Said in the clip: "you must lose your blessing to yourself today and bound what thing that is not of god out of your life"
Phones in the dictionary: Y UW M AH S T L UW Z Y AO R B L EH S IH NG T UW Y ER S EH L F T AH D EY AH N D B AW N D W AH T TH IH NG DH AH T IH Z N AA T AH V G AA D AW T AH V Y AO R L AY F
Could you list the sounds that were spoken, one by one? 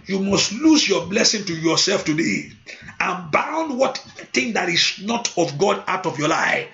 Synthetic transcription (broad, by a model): Y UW M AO S T L UW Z Y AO B L EH S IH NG T UW Y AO S EH L F T AH D EY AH N B AW N D W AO T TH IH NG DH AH T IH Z N AA T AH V G AA D AW T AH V Y AO L AY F